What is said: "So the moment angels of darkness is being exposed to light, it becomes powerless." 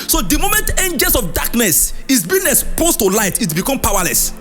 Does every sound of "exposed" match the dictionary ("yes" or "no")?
no